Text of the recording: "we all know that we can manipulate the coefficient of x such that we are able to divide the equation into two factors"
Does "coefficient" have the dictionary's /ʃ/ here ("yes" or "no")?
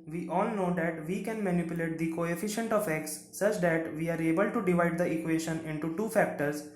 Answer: yes